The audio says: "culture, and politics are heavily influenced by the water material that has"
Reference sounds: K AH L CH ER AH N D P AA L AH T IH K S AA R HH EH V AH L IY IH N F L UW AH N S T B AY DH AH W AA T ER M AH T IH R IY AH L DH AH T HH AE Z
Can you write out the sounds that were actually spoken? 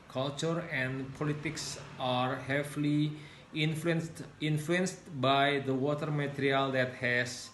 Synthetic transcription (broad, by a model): K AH L CH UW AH N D P AA L AH T IH K S AA R HH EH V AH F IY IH N F L UW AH N S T B AY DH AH W AA T ER M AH T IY R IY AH L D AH T HH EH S